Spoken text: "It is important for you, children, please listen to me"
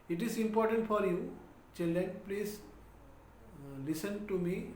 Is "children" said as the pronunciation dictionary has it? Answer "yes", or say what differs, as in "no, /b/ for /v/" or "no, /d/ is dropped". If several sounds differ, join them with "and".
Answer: no, /ɹ/ is dropped